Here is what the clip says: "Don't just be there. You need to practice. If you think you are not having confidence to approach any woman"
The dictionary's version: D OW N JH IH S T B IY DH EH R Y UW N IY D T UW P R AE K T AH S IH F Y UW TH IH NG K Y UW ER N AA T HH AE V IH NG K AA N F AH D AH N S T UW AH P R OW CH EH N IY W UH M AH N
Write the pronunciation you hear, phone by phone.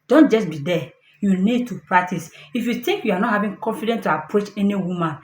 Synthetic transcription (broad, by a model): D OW N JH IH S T B IY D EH Y UW N IY D T UW P R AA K T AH S IH F Y UW T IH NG K Y UW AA N AA T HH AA V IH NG K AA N F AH D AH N T UW AH P R OW CH EH N IY W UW M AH N